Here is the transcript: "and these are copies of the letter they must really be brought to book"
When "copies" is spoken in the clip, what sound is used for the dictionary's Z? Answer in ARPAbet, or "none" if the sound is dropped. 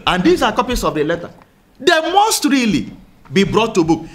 S